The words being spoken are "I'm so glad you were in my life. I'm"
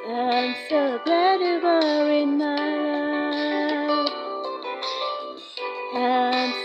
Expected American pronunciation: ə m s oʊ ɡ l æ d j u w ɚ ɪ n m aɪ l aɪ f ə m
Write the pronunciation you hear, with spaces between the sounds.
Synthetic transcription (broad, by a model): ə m s oʊ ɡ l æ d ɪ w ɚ ɪ n m aɪ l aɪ ə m